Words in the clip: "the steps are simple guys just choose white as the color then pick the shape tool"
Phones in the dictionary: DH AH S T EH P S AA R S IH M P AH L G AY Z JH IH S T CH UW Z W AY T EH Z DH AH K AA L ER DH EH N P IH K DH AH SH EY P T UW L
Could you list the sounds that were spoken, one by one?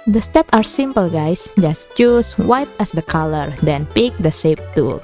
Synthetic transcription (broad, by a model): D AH S T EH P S AA R S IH M P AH L G AY S JH IH S T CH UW S W AY T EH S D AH K AA L ER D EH N P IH K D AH S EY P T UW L